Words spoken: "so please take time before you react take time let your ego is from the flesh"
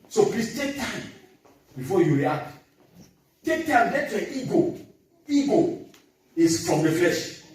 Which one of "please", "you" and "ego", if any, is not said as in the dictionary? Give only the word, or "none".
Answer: please